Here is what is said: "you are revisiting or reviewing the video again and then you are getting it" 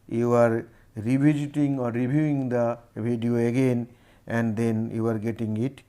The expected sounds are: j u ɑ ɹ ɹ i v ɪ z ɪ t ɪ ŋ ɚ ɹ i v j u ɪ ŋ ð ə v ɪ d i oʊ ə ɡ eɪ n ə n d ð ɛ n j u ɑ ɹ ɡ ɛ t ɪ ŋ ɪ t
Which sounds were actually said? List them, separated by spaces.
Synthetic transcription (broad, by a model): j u ɑ ɹ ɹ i b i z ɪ t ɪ ŋ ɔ ɹ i b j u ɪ ŋ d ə b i d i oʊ ə ɡ eɪ n ə n d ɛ n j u ɑ ɹ ɡ ɛ t ɪ ŋ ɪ t